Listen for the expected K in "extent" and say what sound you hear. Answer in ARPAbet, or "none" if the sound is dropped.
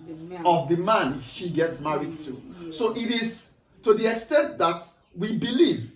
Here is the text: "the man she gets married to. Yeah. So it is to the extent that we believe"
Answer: K